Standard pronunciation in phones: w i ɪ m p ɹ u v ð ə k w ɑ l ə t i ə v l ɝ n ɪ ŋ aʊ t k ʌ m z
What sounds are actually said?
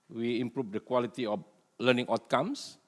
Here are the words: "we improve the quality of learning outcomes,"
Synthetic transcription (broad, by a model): w i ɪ m p ɹ u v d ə k w ɑ l ə t i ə f l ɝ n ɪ ŋ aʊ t k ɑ m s